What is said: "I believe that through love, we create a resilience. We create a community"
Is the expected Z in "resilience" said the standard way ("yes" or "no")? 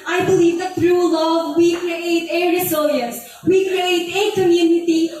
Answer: no